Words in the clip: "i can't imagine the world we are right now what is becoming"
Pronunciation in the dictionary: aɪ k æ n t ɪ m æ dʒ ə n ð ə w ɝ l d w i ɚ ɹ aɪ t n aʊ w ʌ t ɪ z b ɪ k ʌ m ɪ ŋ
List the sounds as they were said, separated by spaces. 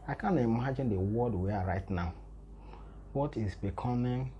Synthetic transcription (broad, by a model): aɪ k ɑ n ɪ m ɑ dʒ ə n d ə w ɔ d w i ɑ ɹ aɪ t n aʊ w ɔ t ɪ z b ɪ k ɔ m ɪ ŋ